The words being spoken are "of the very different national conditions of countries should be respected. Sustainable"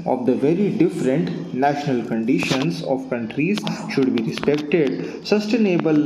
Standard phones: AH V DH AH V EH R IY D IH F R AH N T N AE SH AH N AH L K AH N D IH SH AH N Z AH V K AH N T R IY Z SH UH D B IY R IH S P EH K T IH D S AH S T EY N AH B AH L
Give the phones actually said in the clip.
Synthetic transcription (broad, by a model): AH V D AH V EH R IY D IH F R AH N T N AE SH AH N AH L K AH N D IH SH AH N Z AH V K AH N T R IY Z SH UH D B IY R IH S P EH K T IH D S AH S T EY N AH B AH L